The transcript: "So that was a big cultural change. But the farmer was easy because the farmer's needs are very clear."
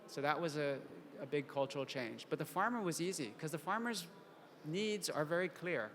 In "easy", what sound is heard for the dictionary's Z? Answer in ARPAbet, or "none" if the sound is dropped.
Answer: Z